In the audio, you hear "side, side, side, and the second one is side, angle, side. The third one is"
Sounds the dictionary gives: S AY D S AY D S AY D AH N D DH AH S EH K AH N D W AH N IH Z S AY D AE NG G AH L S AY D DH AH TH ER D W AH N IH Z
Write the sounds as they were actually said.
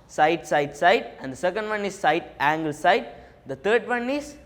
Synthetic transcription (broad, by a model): S AY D S AY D S AY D AH N D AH S EH K AH N D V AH N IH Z S AY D AE NG G AH L S AY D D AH T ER D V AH N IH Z